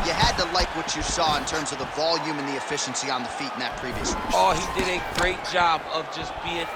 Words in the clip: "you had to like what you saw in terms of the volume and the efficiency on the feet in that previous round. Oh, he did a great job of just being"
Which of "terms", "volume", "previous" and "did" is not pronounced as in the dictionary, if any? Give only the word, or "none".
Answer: none